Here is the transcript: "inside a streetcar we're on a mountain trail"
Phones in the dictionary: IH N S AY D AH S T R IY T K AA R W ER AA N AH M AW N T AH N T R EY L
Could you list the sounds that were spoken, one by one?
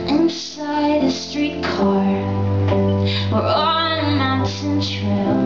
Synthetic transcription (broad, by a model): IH N S AY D AH S T R IY T K AA R W ER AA L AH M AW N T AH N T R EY